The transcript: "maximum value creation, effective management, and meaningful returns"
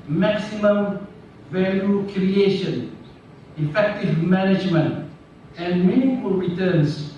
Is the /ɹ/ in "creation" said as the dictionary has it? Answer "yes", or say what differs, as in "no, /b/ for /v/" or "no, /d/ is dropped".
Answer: yes